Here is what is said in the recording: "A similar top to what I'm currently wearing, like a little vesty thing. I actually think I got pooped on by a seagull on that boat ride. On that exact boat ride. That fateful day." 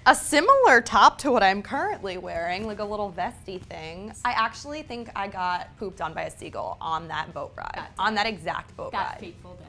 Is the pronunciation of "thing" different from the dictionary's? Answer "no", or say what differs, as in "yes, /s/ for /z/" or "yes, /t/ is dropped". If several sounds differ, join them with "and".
no